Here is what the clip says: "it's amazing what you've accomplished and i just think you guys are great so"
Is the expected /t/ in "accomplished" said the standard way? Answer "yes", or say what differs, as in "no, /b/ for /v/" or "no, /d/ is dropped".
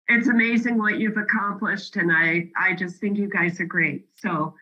yes